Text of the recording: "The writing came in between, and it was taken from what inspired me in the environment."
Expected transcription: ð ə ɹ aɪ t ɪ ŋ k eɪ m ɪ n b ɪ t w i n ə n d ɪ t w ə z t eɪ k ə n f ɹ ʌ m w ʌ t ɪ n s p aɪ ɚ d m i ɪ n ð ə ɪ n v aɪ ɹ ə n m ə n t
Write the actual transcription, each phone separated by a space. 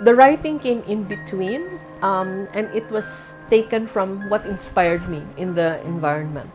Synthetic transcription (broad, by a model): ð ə ɹ aɪ t ɪ ŋ k eɪ m ɪ n b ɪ t w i n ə n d ɪ t w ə s t eɪ k ə n f ɹ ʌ m w ʌ t ɪ n s p aɪ ɚ d m i ɪ n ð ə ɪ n v aɪ ɹ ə n m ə n t